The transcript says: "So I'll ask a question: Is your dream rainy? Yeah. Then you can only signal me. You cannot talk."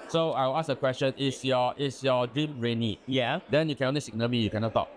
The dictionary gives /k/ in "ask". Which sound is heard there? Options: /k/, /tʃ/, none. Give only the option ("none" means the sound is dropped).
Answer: none